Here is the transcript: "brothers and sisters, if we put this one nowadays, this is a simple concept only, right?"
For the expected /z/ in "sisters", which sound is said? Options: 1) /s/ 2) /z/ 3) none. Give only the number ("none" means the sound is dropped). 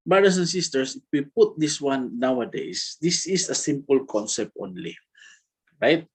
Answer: 1